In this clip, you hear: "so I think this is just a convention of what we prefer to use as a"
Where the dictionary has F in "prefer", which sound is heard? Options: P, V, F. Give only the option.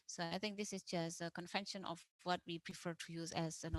F